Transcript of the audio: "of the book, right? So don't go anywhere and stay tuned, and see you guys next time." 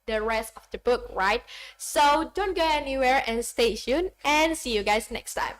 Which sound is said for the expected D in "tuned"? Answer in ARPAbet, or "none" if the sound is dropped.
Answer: none